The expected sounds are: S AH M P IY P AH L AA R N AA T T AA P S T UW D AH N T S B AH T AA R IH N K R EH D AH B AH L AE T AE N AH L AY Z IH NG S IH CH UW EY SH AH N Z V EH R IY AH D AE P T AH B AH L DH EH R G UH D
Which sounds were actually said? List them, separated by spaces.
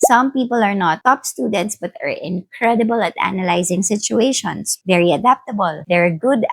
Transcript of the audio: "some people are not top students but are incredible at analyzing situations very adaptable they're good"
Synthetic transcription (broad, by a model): S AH M P IY P AH L AA R N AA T T AA P S T UW D AH N T S B AH T AA R IH N K R EH D AH B AH L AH T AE N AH L AY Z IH NG S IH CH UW EY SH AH N S V EH R IY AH D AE P T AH B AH L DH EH R G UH D